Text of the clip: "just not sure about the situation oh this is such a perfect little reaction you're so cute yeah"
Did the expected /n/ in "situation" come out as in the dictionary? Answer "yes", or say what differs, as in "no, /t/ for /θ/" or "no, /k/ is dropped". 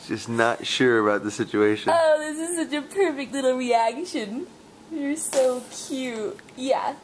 no, /n/ is dropped